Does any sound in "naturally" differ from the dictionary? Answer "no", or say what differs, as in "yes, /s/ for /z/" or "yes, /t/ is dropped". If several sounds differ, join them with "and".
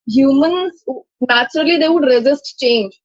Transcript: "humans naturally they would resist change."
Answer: no